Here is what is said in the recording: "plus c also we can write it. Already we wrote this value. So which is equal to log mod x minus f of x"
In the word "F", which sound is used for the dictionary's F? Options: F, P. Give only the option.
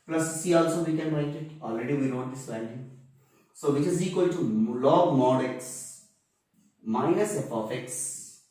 P